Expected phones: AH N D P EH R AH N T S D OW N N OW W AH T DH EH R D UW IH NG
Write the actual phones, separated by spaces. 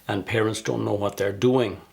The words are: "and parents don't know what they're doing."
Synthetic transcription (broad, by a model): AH N P EH R AH N T S D OW N N OW W AH T DH EH R D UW IH NG